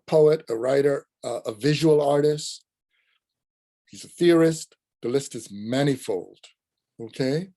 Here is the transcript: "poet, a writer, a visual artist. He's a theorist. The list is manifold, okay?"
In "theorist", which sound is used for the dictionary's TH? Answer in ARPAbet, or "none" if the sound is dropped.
TH